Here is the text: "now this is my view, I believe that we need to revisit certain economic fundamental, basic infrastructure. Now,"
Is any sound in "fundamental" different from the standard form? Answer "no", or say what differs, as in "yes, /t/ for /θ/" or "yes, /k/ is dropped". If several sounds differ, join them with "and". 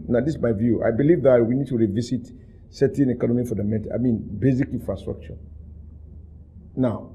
yes, /n/ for /l/